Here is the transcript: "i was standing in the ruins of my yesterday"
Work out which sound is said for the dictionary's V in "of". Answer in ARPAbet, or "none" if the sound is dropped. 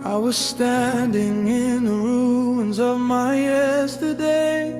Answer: V